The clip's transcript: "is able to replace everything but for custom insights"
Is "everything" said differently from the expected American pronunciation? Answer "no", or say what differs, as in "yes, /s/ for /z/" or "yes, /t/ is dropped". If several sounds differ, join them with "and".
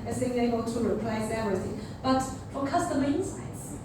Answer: yes, /v/ is dropped